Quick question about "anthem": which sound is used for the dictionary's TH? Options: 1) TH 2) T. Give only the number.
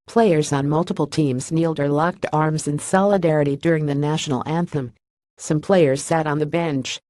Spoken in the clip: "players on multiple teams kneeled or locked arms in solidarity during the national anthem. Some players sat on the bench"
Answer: 1